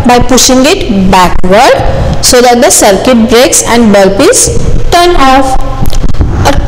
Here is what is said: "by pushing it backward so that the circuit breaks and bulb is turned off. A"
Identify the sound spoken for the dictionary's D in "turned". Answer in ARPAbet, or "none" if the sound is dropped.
none